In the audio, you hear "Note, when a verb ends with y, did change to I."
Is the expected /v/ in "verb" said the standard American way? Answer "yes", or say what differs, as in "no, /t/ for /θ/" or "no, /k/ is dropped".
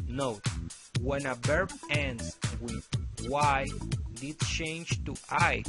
no, /b/ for /v/